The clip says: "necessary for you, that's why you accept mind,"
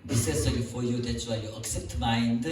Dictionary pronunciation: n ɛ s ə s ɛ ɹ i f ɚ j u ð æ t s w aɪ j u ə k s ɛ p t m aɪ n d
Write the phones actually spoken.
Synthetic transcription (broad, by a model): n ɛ s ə s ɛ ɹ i f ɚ j u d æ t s w aɪ j u ə k s ɛ p t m aɪ n d